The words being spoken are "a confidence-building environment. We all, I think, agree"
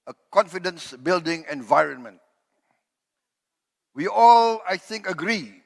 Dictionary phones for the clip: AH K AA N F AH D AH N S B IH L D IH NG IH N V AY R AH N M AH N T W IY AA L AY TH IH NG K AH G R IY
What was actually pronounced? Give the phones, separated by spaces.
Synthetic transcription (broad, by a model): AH K AA N F AH D AH N S B IH L D IH NG IH N V AY R AH N M AH N T W IY AA L AY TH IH NG K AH G R IY